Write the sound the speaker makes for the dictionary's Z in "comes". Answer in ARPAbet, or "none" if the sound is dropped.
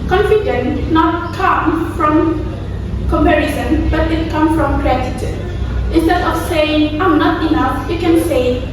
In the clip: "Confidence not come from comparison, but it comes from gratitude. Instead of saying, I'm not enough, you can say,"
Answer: none